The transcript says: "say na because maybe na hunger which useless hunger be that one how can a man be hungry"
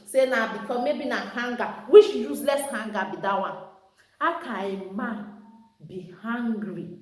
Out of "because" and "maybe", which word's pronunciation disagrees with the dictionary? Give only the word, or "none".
because